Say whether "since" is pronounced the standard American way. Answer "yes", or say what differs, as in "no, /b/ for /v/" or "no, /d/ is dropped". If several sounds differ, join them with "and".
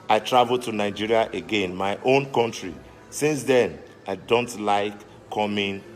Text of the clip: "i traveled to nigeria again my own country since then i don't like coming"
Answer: yes